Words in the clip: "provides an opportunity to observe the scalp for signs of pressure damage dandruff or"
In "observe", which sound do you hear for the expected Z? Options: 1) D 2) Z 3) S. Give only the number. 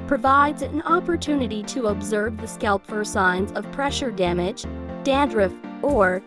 2